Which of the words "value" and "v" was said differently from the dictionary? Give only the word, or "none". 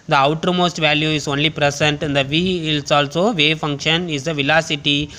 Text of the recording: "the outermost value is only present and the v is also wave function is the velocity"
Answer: none